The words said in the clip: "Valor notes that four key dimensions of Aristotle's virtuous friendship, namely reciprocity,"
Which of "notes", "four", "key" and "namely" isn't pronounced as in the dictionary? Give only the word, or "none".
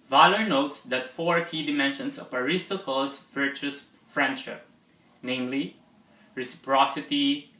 none